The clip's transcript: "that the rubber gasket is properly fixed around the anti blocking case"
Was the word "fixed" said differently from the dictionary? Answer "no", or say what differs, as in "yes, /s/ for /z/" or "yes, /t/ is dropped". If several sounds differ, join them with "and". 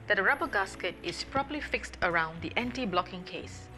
no